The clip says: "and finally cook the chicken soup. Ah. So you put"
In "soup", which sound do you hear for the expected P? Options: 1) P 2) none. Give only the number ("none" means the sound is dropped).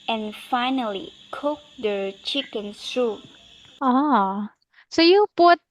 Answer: 2